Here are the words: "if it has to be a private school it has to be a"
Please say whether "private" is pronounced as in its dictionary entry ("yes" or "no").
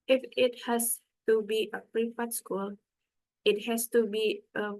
no